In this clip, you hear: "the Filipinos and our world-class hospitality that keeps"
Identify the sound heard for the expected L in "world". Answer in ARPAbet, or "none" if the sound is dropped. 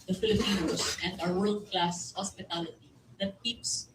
L